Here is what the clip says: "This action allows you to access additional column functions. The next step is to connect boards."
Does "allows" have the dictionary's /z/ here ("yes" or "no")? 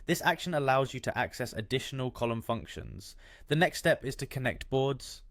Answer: yes